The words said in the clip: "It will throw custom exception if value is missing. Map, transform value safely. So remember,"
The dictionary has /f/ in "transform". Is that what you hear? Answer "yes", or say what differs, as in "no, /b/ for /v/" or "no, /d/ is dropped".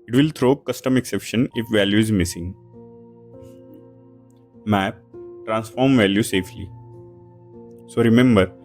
yes